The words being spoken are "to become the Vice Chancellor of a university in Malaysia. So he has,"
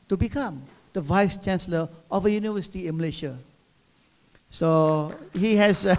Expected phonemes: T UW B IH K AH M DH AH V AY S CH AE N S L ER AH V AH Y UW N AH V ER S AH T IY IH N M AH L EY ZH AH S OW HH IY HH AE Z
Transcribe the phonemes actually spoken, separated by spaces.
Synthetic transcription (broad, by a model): T UW B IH K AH M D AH V AY S CH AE N S L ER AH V AH Y UW N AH V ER S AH T IY IH N M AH L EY SH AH S OW HH IY HH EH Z